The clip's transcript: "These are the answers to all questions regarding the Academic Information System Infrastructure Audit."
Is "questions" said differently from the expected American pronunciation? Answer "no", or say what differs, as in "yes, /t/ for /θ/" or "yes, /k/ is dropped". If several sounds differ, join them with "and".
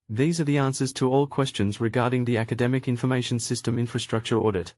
no